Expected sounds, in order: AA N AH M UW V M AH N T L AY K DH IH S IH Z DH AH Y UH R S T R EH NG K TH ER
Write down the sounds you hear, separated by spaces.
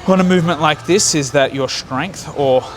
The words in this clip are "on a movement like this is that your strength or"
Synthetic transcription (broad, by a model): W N AH M UW V M AH N T L AY K DH IH S IH Z DH AH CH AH R S T R EH NG K TH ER